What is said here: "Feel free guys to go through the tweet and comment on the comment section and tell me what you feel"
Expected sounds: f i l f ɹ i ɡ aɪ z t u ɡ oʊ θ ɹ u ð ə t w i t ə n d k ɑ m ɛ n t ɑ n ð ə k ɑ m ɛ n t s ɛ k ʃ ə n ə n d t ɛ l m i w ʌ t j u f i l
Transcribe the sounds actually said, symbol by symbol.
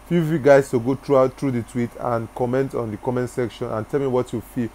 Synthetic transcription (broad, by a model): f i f i ɡ aɪ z t u ɡ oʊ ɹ ɹ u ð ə t w i t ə n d k ɑ m ɛ n t ɑ n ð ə k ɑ m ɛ n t s ɛ k ʃ ə n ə n t ɛ l m i w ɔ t j u f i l